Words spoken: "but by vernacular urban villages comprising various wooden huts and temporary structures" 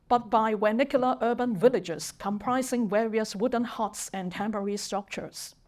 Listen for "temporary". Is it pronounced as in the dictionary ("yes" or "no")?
no